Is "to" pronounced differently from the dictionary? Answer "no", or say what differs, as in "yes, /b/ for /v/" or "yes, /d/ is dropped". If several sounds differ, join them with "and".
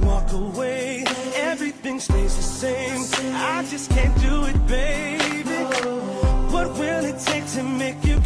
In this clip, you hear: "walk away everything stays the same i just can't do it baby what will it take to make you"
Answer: yes, /s/ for /t/